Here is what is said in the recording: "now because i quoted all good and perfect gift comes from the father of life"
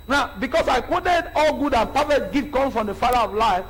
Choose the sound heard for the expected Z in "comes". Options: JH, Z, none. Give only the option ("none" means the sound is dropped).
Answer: none